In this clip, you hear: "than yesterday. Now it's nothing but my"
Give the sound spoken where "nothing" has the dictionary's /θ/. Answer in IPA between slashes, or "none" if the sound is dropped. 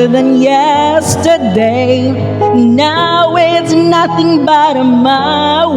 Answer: /θ/